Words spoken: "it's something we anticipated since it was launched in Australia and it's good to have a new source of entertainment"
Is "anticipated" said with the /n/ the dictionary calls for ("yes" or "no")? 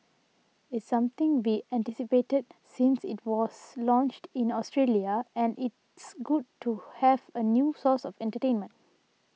yes